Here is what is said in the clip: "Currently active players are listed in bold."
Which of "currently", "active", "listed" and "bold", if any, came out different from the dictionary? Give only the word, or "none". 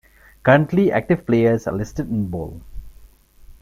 bold